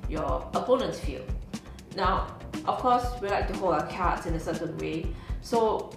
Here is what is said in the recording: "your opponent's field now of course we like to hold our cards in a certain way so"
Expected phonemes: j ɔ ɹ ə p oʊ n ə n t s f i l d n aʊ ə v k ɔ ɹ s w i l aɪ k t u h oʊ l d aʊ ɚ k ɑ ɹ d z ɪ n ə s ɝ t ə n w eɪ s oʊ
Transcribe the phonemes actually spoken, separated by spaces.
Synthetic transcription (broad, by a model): j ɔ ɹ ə p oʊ n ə n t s f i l n aʊ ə f k ɔ s w i l aɪ k t u h oʊ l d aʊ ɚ k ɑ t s ɪ n ə s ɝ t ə n w eɪ s oʊ